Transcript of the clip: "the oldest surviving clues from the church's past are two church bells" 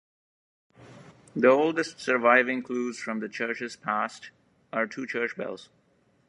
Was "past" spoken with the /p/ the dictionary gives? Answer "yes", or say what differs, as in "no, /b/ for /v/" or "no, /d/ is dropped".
yes